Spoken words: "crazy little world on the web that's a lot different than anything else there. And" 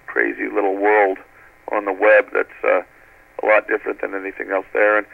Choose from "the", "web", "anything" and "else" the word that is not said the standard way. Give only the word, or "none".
none